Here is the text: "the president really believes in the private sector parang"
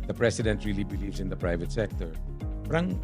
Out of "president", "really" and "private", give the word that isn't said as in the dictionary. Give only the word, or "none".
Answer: president